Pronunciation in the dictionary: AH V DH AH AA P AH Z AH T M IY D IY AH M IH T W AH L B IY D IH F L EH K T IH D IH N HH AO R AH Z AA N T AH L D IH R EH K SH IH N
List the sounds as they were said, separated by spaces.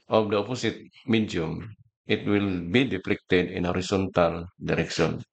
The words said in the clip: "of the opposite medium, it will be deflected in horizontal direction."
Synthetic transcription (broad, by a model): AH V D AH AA P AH S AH T M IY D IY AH M IH T W AH L B IY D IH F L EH K T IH D IH N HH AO R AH S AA N T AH L D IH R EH K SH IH N